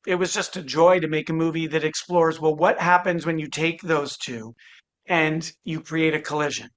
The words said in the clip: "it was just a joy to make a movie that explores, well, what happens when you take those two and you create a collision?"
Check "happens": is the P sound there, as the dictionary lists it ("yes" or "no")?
yes